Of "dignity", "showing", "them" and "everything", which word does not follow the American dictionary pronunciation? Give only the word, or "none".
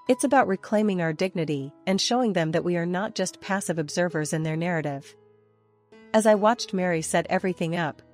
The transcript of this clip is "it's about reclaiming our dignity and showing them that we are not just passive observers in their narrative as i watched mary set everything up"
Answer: none